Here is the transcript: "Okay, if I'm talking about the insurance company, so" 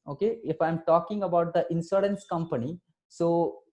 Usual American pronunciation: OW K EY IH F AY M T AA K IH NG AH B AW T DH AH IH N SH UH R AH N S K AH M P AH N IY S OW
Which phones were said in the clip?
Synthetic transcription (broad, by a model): OW K EY IH F AY M T AA K IH NG AH B AW T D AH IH N S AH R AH N S K AH M P AH N IY S OW